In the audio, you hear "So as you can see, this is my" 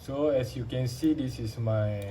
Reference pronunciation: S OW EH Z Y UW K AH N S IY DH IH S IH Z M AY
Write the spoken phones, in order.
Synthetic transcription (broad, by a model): S OW EH S Y UW K AH N S IY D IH S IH S M AY